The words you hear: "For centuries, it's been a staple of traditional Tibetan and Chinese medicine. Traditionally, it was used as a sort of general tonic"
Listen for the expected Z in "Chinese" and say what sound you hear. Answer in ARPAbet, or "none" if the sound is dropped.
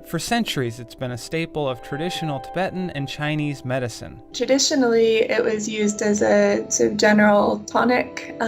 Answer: Z